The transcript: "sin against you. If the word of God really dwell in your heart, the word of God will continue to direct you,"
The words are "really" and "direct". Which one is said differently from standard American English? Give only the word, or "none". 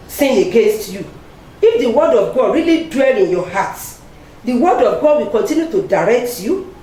none